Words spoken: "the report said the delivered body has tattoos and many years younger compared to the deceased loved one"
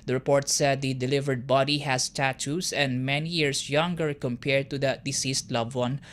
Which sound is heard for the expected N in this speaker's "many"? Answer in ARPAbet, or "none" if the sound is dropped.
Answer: N